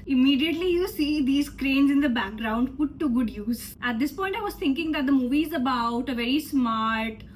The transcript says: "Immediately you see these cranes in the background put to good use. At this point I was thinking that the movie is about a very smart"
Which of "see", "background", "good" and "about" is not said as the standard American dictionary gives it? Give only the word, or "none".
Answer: none